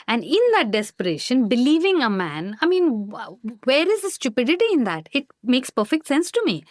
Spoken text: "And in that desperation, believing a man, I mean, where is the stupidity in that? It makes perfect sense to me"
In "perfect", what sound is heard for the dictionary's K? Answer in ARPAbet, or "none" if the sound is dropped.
K